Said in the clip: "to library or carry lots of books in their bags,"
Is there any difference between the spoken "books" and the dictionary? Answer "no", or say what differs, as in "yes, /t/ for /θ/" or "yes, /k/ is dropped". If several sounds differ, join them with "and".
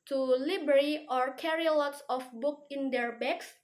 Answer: yes, /s/ is dropped